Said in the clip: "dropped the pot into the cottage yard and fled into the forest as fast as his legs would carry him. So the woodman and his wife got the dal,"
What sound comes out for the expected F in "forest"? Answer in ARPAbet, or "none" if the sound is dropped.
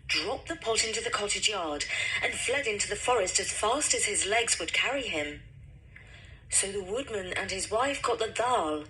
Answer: F